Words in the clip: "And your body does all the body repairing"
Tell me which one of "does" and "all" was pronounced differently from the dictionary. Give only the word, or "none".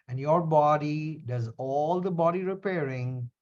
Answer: none